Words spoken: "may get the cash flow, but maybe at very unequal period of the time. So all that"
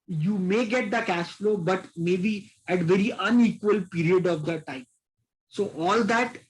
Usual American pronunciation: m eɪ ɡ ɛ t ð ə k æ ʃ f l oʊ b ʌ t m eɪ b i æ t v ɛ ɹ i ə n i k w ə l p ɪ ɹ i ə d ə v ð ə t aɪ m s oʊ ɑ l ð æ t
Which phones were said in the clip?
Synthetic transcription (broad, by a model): m eɪ ɡ ɛ t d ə k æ s f l oʊ b ʌ t m eɪ b i æ t v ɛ ɹ i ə n i k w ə l p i ɹ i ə d ə v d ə t aɪ m s oʊ ɑ l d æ t